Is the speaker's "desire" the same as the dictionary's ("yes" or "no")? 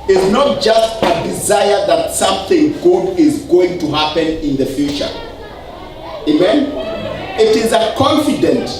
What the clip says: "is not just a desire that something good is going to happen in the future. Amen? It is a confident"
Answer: yes